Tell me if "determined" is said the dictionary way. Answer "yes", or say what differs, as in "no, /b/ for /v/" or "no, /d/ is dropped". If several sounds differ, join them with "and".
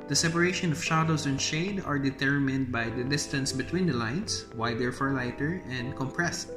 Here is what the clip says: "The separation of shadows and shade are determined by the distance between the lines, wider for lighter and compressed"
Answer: yes